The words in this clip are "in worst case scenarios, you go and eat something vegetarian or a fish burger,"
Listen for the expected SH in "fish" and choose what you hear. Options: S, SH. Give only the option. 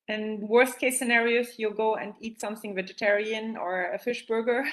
SH